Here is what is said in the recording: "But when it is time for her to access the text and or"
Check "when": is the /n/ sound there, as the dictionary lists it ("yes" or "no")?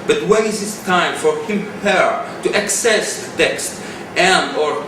no